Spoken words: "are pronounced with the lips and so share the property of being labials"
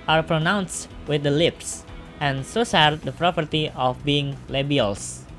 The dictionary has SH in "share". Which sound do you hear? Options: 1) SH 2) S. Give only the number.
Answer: 2